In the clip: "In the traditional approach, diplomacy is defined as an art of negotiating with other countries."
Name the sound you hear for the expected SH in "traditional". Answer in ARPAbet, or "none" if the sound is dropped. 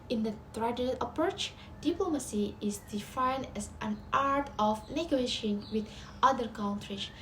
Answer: none